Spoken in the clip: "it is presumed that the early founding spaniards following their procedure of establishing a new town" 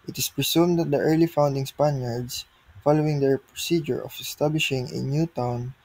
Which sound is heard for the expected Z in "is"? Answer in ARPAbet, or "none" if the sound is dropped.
S